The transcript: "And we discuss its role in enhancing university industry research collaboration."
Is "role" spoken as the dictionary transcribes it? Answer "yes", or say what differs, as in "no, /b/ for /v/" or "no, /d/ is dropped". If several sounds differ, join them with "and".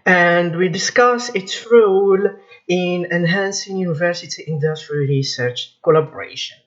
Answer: yes